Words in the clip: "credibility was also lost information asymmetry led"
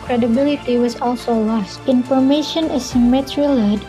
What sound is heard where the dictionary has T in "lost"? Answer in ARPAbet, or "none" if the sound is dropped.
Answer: T